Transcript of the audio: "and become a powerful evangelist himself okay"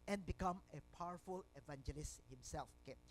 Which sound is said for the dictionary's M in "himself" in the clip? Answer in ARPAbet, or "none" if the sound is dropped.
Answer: M